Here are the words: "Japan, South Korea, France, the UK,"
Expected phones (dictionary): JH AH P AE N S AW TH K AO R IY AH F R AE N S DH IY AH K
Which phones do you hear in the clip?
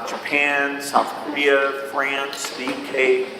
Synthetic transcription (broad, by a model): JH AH P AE N S AW TH K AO R IY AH F R AE N S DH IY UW K